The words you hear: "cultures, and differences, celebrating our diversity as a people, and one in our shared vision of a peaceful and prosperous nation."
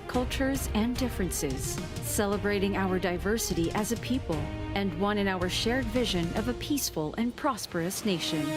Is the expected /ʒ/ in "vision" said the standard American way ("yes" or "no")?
yes